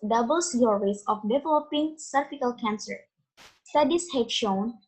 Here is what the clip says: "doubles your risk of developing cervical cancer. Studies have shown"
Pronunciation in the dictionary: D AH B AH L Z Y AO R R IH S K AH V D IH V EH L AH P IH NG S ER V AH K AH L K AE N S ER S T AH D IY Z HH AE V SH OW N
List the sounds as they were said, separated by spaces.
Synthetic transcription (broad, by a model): D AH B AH L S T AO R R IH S AH F D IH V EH L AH P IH NG S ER F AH K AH L K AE N S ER S T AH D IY S HH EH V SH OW N